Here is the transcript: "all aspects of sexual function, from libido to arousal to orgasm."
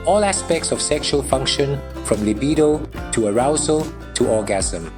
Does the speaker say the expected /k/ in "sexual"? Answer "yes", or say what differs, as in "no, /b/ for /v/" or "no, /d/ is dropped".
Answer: yes